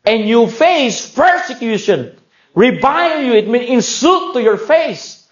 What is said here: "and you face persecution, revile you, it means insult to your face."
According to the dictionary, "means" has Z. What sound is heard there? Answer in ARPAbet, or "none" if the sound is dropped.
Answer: none